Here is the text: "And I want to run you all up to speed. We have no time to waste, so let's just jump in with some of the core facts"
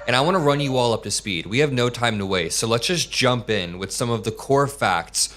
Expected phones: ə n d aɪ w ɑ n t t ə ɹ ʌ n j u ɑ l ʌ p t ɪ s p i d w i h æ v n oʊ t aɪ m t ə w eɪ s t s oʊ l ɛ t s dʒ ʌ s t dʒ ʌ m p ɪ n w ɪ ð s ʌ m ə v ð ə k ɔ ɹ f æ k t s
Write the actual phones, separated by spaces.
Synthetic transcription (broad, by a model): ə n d aɪ w ɑ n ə ɹ ʌ n j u ɑ l ʌ p t ɪ s p i d w i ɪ v n oʊ t aɪ m t ə w eɪ t s oʊ l ɛ t s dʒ ʌ s dʒ ʌ m p ɪ n w ɪ ð s ʌ m ə v ð ə k ɔ ɹ f æ k t s